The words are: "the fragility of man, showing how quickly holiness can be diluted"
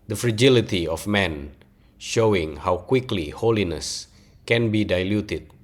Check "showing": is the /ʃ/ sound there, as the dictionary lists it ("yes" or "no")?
yes